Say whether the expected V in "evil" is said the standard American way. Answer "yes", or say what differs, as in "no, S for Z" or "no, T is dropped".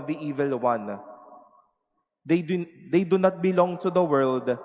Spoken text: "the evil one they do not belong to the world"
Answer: yes